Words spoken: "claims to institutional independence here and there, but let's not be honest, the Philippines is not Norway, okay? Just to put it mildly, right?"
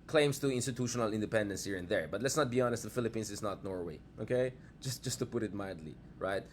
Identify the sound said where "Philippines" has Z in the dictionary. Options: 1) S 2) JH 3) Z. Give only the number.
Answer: 1